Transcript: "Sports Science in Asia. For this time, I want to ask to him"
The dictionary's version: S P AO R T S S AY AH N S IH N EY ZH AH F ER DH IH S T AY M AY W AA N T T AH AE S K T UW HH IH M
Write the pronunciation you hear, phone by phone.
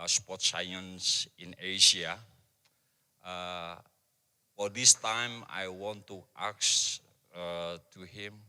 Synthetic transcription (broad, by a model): S P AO T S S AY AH N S IH N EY SH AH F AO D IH S T AY M AY W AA N T T AH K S T UW HH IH M